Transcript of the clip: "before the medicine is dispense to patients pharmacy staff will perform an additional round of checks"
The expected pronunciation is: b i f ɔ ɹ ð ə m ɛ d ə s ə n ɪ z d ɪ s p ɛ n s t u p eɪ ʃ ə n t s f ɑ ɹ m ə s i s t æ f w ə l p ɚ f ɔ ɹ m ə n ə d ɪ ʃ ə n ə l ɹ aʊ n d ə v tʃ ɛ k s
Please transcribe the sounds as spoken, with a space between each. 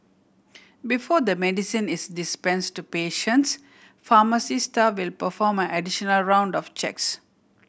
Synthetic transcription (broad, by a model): b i f ɔ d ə m ɛ d ə s ə n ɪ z d ɪ s p ɛ n s t u p eɪ ʃ ə n t s f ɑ m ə s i s t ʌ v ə l p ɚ f ɔ m ə n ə d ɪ ʃ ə n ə l ɹ aʊ n d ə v tʃ ɛ k s